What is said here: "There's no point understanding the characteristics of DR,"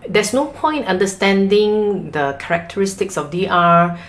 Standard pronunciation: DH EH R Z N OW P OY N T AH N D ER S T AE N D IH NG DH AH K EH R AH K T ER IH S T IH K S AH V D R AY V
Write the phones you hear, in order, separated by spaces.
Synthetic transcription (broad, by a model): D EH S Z N OW P OY N T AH N D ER S T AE N D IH NG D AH K EH R AH K T ER IH S T IH K S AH F D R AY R